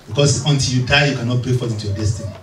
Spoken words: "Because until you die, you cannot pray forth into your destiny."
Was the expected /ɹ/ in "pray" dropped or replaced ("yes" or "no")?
yes